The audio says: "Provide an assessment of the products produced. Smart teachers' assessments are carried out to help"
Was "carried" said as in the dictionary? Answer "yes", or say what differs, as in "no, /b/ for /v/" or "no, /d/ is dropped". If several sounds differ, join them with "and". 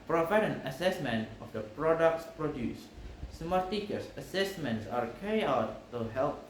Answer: no, /d/ is dropped